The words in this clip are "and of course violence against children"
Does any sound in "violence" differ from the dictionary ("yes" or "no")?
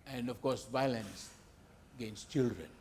no